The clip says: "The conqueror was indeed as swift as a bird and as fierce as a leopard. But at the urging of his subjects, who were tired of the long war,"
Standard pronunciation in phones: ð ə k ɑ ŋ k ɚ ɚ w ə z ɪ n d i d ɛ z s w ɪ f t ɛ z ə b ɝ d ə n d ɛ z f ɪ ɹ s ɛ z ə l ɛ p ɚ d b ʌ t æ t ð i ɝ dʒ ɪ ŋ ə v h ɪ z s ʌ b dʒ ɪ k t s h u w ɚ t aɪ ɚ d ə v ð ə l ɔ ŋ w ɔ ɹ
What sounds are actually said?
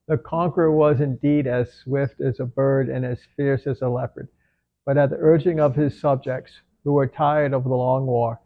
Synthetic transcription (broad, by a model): ð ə k ɑ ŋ k ɚ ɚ w ə z ɪ n d i d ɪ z s w ɪ f t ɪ z ə b ɝ d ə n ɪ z f ɪ ɹ s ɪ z ə l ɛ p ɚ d b ʌ t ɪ t ð i ɝ dʒ ɪ ŋ ə v ɪ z s ʌ b dʒ ɪ k t s h u w ɚ t aɪ ɚ d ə v ð ə l ɔ ŋ w ɔ ɹ